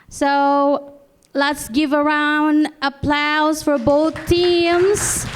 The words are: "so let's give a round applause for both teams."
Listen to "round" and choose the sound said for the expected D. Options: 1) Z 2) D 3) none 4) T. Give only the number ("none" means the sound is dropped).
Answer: 2